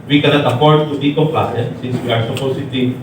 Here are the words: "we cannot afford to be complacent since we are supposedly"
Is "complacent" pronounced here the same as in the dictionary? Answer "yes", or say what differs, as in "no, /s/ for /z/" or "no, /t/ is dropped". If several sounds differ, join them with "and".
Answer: no, /m/ is dropped and /s/ is dropped